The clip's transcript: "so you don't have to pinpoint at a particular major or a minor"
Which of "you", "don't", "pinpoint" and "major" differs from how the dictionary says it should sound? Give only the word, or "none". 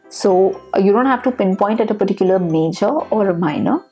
none